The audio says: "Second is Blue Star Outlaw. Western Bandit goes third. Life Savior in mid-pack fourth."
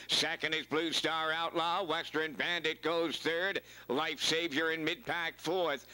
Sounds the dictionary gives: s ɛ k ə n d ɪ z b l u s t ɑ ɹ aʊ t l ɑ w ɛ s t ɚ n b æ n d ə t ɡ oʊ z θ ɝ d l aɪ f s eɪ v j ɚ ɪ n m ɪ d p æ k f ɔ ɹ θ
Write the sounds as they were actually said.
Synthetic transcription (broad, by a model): s ɛ k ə n d ɪ z b l u s t ɑ ɹ aʊ t l ɑ w ɛ s t ɚ n b æ n d ə t ɡ oʊ z θ ɝ d l aɪ f s eɪ v j ɚ ɪ n m ɪ d p æ k f ɔ ɹ θ